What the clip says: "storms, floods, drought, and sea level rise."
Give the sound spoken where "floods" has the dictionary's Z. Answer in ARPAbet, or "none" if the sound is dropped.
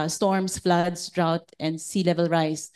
S